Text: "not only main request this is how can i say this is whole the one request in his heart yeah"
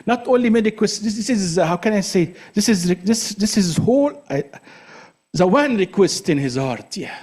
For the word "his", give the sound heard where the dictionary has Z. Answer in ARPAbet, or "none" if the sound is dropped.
Z